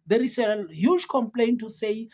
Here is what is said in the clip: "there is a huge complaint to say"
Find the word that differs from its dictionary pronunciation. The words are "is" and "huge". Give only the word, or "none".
is